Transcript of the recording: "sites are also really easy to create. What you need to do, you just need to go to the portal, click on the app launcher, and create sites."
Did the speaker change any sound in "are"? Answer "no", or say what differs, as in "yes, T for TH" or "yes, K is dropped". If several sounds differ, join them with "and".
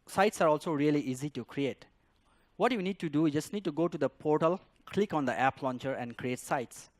no